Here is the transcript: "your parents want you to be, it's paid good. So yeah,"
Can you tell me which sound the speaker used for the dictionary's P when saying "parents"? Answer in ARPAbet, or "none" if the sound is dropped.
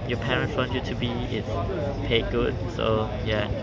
P